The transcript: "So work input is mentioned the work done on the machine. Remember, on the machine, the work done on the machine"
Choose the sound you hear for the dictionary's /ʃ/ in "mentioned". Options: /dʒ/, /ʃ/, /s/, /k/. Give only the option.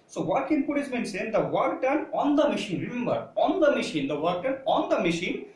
/s/